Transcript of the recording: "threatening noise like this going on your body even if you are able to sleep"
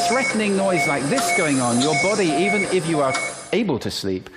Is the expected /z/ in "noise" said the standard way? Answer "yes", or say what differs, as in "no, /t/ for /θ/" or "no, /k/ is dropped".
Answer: yes